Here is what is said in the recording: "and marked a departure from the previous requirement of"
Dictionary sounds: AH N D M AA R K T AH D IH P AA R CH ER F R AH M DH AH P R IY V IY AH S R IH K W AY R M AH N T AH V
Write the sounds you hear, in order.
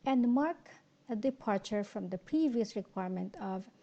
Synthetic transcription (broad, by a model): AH N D M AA R K AH D IH P AA R CH ER F R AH M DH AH P R IY V IY AH S R IH K W AY R M AH N T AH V